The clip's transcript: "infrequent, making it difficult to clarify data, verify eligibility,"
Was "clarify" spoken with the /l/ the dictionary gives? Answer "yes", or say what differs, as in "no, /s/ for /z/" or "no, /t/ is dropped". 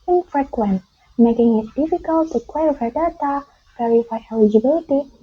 no, /w/ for /l/